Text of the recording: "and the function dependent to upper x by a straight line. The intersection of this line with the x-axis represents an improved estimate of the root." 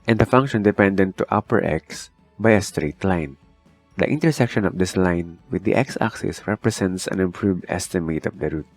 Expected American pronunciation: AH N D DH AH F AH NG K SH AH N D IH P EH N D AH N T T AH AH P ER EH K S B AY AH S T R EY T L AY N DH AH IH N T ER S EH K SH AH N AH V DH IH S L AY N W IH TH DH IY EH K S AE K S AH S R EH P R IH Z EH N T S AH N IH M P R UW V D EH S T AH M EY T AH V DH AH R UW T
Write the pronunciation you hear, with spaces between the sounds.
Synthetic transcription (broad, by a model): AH N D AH F AH NG K SH AH N D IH P EH N D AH N T T AH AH P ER EH K S B AY AH S T R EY T L AY N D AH IH N T ER S EH K SH AH N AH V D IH S L AY N W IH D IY EH K S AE K S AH S R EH P R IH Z EH N T S AH N IH M P R UW V D EH S T AH M EY T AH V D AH R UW T